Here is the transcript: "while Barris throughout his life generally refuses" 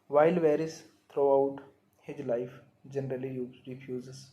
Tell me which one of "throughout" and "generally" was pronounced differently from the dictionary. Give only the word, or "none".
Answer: throughout